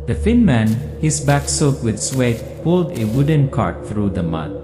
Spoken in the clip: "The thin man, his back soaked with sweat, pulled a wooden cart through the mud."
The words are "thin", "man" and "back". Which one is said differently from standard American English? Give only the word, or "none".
thin